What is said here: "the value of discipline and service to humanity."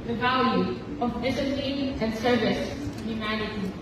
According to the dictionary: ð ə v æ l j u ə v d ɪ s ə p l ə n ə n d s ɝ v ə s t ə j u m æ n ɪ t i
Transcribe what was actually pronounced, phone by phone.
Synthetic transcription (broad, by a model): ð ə v æ l j u ə v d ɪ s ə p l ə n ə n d s ɝ v ə s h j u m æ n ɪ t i